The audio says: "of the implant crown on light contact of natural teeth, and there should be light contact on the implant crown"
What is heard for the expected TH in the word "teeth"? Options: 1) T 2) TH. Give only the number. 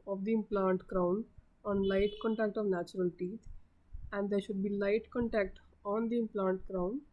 1